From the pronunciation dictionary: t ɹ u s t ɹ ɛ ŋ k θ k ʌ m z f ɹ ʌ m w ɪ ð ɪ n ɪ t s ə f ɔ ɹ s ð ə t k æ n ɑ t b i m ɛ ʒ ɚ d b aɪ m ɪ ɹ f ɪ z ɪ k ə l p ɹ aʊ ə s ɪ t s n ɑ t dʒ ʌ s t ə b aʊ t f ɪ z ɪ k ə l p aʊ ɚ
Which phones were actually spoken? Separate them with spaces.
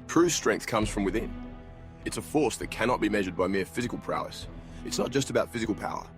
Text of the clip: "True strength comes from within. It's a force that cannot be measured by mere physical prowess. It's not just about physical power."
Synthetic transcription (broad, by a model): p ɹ u s t ɹ ɛ ŋ k θ k ʌ m z f ɹ ʌ m w ɪ ð ɪ n ɪ t s ə f ɔ ɹ s ð ə t k æ n ɑ t b i m ɛ ʒ ɚ d b aɪ m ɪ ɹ f ɪ z ɪ k ə l p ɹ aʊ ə s ɪ t s n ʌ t dʒ ʌ s t ə b aʊ t f ɪ z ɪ k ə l p aʊ ɚ